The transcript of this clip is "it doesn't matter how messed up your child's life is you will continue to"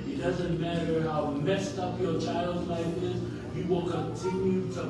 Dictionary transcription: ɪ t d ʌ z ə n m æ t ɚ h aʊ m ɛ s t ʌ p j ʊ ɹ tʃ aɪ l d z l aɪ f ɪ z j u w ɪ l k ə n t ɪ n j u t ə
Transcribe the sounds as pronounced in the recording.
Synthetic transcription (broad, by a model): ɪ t d ʌ z ə n m æ t ɚ h aʊ m ɛ s t ʌ p j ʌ ɹ tʃ aɪ l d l aɪ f ɪ z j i w ɪ l k ə n t ɪ n j u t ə